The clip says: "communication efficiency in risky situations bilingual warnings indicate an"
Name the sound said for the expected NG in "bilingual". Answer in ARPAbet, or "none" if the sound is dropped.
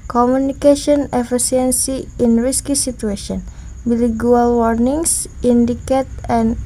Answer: none